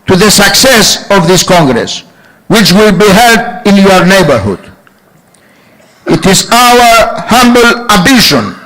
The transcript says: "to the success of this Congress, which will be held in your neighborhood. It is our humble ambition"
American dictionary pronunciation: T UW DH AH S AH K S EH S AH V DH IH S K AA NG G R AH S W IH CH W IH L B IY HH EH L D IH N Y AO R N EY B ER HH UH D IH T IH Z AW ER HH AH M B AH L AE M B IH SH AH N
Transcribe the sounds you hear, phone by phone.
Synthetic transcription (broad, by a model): T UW DH AH S AH K S EH S AH V DH IH S K AA NG G R AH S W IH CH W IH L B IY HH EH L D IH N Y AO R N EY B ER HH UH D IH T IH Z AW ER HH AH M B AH L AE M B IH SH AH N